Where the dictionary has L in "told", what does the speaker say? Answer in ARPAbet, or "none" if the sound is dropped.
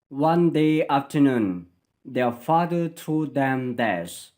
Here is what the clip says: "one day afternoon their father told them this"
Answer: none